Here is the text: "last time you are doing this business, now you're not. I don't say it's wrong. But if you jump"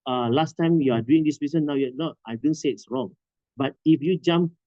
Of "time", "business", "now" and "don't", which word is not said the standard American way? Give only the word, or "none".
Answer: business